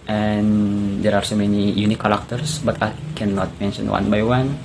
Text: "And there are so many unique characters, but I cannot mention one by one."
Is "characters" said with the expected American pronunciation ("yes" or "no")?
no